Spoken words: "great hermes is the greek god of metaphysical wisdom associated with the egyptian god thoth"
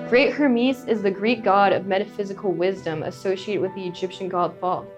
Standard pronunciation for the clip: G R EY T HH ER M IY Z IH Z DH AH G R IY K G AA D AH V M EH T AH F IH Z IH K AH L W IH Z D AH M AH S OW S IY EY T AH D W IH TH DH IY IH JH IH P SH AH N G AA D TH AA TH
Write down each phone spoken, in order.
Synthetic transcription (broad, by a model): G R EY T HH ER M IY S IH Z DH AH G R IY K G AA D AH V M EH T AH F IH Z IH K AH L W IH Z D AH M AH S OW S IY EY T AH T W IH DH IY IH JH IH P SH AH N G AA D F AA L